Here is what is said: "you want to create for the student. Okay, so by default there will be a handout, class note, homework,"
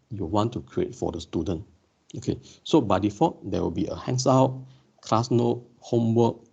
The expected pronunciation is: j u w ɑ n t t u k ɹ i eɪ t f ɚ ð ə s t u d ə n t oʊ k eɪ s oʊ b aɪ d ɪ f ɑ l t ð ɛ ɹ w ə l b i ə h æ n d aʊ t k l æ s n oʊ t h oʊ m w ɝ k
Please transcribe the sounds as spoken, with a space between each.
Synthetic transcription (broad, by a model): j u w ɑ n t t u k ɹ i eɪ t f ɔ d ə s t u d ə n t oʊ k eɪ s oʊ b aɪ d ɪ f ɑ t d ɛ w ə l b i ə h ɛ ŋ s aʊ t k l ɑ s n oʊ t h oʊ m w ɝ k